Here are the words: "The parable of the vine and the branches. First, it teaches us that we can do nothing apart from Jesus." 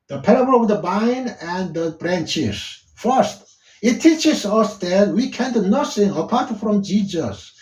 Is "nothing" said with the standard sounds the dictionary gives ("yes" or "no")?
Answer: no